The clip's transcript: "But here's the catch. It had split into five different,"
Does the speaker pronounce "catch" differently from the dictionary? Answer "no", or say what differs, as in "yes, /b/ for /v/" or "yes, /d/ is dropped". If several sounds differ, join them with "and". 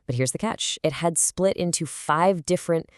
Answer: no